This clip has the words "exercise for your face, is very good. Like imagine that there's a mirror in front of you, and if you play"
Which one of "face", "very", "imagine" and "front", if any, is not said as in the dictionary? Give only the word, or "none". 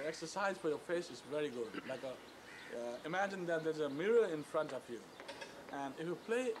none